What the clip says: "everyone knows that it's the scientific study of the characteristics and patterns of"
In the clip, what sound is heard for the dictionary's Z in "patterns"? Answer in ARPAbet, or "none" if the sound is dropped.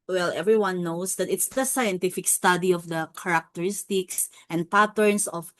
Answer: S